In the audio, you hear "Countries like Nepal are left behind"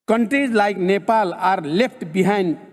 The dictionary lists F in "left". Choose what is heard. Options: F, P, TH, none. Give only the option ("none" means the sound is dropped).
P